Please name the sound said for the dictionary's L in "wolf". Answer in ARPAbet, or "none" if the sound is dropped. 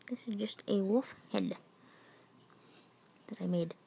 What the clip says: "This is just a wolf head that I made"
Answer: none